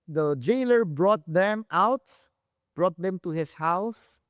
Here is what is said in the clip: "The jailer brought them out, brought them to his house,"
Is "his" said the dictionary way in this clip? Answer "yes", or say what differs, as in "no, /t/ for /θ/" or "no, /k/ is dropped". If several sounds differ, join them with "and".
no, /s/ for /z/